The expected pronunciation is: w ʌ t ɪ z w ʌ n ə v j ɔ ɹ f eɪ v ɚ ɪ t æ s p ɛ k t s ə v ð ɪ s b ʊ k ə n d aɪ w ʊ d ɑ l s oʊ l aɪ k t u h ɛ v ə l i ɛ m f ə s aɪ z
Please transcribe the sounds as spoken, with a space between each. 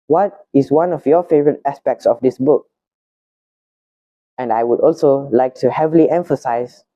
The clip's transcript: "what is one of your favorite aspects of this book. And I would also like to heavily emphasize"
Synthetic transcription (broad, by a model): w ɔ t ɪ s w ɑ n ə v j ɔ f eɪ v ɚ ɪ t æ s p ɛ k t s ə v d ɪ s b ʊ k ə n d aɪ w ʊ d ɑ l s oʊ l aɪ k t u h ɛ v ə l i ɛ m f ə s aɪ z